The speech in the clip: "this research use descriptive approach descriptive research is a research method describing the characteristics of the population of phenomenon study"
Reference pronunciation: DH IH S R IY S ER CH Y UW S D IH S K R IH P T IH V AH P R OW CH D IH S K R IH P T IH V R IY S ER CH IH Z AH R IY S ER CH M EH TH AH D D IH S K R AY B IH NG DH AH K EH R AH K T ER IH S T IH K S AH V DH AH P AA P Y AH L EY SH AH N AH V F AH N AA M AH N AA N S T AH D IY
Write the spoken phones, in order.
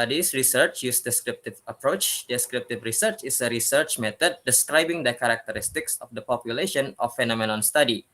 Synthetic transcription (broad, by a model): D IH S R IY S ER CH Y UW S D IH S K R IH P T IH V AH P R OW CH D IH S K R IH P T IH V R IY S ER CH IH S AH R IY S ER CH M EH T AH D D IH S K R AY B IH NG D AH K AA R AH K T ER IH S T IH K S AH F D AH P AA P Y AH L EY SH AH N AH F AH N AA M AH N AA N S T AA D IY